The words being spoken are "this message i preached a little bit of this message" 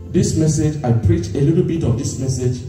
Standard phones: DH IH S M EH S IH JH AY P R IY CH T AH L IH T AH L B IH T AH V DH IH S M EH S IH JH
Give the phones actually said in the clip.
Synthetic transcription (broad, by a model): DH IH S M EH S IH JH AY P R IY CH AH L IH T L B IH T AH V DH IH S M EH S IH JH